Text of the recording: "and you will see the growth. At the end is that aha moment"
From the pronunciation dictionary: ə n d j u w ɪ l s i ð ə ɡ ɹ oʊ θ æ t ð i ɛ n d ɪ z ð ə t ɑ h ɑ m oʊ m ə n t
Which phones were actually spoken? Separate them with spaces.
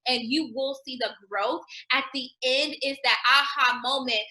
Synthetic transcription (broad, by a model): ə n j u w ɪ l s i ð ə ɡ ɹ oʊ θ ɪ t ð i ɛ n d ɪ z ð ə t ɑ h ɑ m oʊ m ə n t